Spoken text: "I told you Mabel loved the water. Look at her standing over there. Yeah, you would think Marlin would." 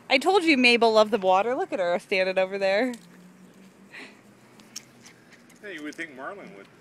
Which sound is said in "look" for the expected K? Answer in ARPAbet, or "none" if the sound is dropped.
K